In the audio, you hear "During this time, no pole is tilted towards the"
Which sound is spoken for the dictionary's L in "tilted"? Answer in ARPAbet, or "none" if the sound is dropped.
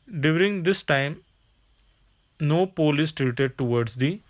none